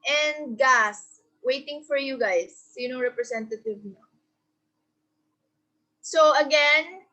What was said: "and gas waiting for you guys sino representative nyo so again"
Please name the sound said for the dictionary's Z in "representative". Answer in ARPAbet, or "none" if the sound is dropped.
S